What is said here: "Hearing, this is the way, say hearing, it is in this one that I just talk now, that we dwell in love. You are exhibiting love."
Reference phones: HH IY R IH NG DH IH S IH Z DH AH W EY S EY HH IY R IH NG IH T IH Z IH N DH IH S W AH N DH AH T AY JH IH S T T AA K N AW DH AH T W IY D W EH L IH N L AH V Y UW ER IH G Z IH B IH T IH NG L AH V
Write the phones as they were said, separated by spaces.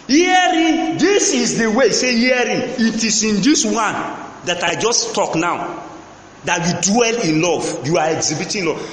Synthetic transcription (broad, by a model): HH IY R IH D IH S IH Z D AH W EY S EY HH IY R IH IH T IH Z IH N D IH S W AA N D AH T AY JH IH S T T AA K N AW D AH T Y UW D W EH L IH N L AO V Y UW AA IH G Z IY B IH T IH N L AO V